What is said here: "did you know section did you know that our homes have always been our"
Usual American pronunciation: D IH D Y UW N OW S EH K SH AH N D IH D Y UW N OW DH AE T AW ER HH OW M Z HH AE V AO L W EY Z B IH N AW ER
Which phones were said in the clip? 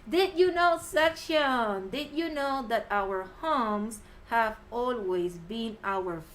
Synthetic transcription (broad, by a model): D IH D Y UW N OW S EH K SH AH N D IH D Y UW N OW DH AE T AW ER HH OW M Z HH AE V AO L W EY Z B IH N AW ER